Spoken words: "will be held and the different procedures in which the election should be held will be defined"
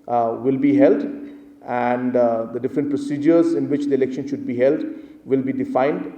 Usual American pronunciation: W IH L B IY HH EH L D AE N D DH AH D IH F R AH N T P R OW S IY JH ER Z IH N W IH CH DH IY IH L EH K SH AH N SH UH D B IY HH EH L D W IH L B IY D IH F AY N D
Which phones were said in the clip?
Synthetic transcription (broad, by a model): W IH L B IY HH EH L D AE N D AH D IH F R AH N T P R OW S IY JH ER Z IH N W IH CH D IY IH L EH K SH AH N SH UH D B IY HH EH L D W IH L B IY D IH F AY N D